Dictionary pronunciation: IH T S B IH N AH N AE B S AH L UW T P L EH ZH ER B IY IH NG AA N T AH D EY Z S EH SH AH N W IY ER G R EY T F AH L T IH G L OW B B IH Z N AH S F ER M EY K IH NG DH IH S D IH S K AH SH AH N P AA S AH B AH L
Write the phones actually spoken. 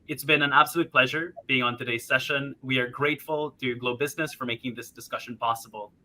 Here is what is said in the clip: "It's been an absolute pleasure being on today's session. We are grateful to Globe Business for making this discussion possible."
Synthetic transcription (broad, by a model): IH T S B IH N AH N AE B S AH L UW T P L EH ZH ER B IY IH NG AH N T AH D EY Z S EH SH AH N W IY ER G R EY T F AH L T IH G L OW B B IH Z N AH S F ER M EY K IH NG DH IH S D IH S K AH SH AH N P AA S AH B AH L